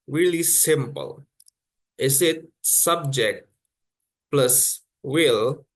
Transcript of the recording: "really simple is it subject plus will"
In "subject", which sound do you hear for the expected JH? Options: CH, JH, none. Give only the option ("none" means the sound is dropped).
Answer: JH